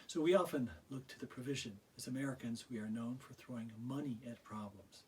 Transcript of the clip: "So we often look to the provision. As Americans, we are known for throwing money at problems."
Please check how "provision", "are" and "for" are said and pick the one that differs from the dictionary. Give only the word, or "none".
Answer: none